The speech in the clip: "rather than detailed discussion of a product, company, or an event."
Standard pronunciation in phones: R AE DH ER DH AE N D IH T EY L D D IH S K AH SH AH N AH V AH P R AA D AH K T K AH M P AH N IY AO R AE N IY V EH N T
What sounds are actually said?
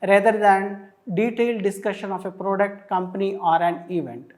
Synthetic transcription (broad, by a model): R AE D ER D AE N D IH T EY L D D IH S K AH SH AH N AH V AH P R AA D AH K T K AH M P AH N IY AO R AE N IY V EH N T